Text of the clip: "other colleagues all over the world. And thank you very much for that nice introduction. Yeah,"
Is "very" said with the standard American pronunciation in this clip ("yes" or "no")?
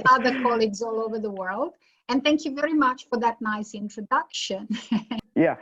yes